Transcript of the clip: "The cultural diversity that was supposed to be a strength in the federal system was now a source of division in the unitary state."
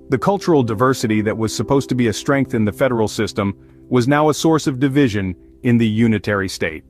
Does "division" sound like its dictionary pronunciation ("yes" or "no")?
yes